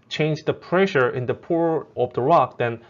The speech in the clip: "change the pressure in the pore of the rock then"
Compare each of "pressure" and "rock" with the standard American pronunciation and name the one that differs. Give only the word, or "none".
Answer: none